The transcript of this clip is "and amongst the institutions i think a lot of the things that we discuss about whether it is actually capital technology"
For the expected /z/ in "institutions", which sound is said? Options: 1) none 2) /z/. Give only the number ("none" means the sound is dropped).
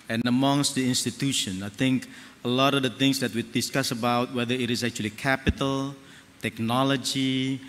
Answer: 1